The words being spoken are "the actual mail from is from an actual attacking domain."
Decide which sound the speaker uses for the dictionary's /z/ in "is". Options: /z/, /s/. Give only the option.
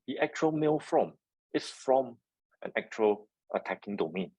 /s/